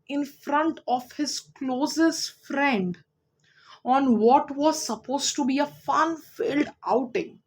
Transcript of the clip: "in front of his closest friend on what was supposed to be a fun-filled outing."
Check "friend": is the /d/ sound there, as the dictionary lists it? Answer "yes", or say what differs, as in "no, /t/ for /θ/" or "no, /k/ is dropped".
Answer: yes